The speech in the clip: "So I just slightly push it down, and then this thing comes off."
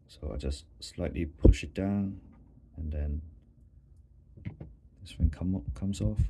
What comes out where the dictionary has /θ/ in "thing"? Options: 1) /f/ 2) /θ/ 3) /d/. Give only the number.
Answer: 1